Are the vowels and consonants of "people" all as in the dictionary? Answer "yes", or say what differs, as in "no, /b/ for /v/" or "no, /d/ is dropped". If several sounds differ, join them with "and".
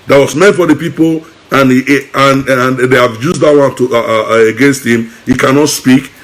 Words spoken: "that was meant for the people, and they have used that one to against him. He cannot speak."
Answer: no, /n/ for /l/